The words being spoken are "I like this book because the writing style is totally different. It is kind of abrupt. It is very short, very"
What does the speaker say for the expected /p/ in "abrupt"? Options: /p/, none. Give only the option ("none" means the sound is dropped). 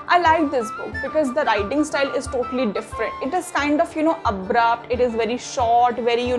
/p/